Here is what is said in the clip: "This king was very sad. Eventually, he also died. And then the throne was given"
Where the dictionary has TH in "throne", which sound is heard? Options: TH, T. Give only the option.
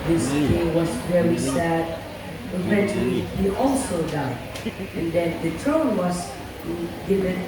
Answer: T